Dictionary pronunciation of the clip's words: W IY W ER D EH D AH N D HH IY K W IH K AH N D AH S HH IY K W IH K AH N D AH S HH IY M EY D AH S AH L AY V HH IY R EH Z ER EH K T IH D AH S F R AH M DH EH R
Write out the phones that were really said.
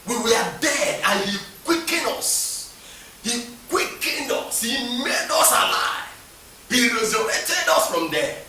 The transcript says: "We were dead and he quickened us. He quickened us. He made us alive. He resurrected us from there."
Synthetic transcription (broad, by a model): W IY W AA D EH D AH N HH IY K W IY K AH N AO S HH IY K W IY K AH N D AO S HH IY M EY D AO S AH L AY V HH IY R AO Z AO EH T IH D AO S F R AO M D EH